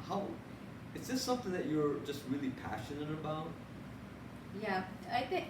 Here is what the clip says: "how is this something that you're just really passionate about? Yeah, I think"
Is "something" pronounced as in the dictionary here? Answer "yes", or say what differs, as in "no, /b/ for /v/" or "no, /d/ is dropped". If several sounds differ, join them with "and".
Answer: yes